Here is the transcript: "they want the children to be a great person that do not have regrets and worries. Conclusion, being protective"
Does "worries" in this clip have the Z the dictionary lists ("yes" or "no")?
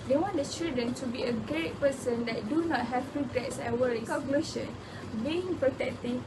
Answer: no